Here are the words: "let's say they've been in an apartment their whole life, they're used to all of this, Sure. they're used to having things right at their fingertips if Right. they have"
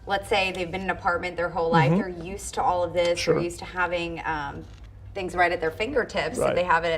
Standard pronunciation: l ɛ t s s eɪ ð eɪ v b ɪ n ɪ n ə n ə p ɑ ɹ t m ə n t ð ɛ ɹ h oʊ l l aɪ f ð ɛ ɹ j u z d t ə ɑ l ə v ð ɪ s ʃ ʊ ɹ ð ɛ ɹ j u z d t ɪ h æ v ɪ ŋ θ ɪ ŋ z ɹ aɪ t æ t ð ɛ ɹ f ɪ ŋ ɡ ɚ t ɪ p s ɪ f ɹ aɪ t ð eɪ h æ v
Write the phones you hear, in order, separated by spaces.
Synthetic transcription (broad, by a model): l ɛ t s s eɪ ð eɪ v b ɪ n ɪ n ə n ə p ɑ ɹ t m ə n ð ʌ ɹ h oʊ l l aɪ f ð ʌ ɹ j u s t ə ɑ l ə v ð ɪ s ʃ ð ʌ ɹ j u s t ɪ h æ v ɪ ŋ θ ɪ ŋ z ɹ aɪ t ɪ t ð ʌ ɹ f ɪ ŋ ɡ ɚ t ɪ p s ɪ ð eɪ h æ v